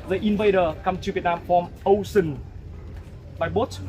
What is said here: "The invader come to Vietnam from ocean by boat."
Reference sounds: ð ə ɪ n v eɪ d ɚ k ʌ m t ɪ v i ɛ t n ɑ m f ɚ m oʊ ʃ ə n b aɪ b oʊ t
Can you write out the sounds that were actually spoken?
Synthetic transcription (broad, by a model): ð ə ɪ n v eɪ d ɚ k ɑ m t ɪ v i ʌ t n ɑ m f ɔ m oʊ s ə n b aɪ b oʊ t